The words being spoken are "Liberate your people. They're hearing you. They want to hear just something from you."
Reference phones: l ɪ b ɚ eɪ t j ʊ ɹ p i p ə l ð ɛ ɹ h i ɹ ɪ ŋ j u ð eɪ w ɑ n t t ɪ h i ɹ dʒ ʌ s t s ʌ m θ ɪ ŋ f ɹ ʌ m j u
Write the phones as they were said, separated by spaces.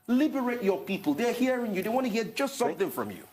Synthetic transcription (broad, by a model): l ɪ b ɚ eɪ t j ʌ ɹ p i p ə l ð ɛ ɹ h i ɹ ɪ ŋ j u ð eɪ w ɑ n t t ɪ h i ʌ dʒ ʌ s t s ʌ m θ ɪ ŋ f ɹ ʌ m j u